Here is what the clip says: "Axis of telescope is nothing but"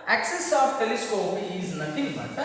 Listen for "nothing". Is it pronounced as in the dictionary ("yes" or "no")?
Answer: no